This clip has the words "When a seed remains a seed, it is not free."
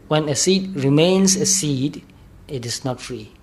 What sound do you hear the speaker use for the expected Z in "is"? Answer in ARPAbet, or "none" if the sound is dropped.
S